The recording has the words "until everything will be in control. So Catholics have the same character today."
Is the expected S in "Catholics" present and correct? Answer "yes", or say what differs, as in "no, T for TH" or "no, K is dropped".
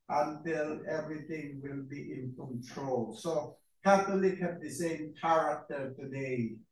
no, S is dropped